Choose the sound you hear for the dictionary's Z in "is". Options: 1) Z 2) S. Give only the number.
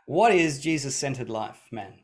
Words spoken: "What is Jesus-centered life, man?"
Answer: 1